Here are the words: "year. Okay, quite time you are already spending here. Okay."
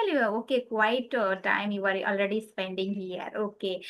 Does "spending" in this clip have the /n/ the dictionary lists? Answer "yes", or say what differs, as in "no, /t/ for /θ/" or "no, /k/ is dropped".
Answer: yes